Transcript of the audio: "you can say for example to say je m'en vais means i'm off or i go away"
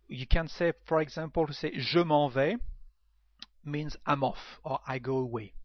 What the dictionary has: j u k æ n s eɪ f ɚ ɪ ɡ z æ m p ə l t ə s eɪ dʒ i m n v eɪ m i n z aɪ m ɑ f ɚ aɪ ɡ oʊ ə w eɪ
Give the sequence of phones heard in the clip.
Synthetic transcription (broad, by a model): j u k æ n s eɪ f ɚ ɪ ɡ z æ m p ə l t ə s eɪ ʒ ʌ m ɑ v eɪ m i n z aɪ m ɑ f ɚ aɪ ɡ oʊ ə w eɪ